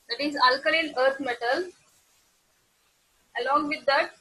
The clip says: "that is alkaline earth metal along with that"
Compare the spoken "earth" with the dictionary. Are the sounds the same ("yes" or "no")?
no